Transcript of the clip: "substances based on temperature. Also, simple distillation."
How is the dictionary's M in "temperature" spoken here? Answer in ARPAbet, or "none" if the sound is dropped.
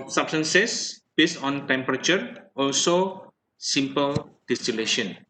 M